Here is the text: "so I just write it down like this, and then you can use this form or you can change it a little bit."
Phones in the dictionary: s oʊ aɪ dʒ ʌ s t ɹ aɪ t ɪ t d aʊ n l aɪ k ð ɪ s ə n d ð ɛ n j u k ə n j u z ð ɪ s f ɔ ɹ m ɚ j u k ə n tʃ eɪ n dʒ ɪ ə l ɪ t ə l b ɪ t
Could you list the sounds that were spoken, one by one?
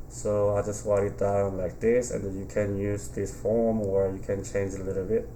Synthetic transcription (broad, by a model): s oʊ aɪ dʒ ʌ s t w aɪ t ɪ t d aʊ n l aɪ k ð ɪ s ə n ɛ n j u k ə n j u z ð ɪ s f ɔ ɹ m ɚ j u k ə n tʃ eɪ n dʒ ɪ ə l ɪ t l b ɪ t